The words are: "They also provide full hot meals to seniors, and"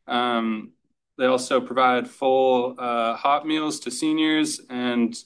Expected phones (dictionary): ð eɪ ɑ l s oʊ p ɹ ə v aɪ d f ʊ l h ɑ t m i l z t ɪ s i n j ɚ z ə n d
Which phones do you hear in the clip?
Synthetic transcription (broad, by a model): ð eɪ ɑ l s oʊ p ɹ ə v aɪ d f ʊ l h ɑ t m i l z t ɪ s i n j ɚ z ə n